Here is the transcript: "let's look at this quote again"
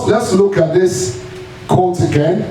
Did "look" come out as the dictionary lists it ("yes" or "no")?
yes